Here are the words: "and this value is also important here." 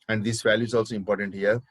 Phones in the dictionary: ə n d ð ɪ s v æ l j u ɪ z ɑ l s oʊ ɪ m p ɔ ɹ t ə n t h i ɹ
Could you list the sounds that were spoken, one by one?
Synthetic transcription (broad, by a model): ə n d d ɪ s v æ l j u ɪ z ɑ l s oʊ ɪ m p ɔ ɹ t ə n t h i ɹ